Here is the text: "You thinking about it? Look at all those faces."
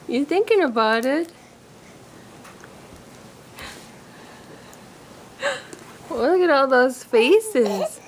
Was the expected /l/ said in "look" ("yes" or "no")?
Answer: no